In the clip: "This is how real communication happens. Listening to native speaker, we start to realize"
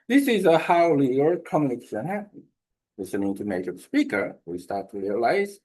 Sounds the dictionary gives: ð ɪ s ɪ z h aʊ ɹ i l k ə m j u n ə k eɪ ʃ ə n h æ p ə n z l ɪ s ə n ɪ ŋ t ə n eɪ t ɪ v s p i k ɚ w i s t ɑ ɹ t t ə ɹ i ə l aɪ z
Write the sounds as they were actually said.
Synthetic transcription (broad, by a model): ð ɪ s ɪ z h aʊ l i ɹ k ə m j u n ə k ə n h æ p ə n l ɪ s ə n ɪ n t ə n eɪ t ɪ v s p i k ɚ w i s t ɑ ɹ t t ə ɹ i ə l aɪ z